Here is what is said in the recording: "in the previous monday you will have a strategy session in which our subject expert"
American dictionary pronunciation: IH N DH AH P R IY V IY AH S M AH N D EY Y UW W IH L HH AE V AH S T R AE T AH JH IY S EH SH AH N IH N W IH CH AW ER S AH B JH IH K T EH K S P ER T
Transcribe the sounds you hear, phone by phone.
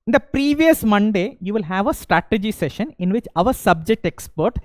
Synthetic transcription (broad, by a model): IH N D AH P R IY V IY AH S M AH N D EY Y UW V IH L HH AE V AH S T R AE T AH JH IY S EH SH AH N IH N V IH CH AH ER S AH B JH IH K T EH K S P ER T